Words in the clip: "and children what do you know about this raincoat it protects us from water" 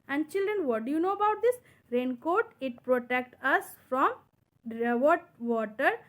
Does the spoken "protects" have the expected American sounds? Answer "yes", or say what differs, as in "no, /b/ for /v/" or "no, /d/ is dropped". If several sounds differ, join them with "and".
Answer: no, /s/ is dropped